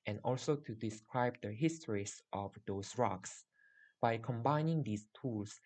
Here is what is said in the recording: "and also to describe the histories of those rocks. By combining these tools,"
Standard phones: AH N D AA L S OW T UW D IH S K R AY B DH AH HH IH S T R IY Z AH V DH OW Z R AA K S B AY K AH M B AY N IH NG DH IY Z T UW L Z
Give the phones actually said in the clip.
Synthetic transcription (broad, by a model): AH N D AA L S OW T UW D IH S K R AY B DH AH HH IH S T R IY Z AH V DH OW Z R AA K S B AY K AH M B AY N IH NG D IY S T UW L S